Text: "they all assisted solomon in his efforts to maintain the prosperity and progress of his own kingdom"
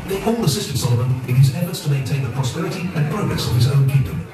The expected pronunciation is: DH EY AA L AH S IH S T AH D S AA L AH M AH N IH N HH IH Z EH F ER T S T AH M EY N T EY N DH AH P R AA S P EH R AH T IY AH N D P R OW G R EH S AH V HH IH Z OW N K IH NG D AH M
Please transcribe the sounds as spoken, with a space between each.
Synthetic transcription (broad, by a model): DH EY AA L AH S IH S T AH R S AA L AH M AH N IH N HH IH Z EH F ER T S T AH M EY N T EY N DH AH P R AA S P EH R AH T IY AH N P R OW G R EH S AH V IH Z OW N K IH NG D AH M